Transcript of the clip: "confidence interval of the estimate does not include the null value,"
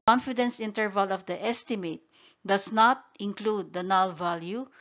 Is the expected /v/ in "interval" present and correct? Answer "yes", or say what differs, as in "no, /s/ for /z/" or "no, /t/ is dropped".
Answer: yes